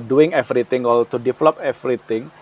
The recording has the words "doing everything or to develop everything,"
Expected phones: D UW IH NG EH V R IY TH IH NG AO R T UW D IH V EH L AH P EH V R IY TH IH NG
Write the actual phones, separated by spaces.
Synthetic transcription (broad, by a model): D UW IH NG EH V R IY T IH NG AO L T UW D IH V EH L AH P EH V R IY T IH NG